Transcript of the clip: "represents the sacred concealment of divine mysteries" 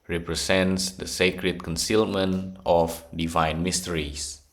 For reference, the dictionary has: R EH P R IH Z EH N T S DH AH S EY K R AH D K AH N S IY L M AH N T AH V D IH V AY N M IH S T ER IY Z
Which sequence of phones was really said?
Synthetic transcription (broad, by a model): R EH P R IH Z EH N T S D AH S EY K R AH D K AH N S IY L M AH N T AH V D IH V AY N M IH S T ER IY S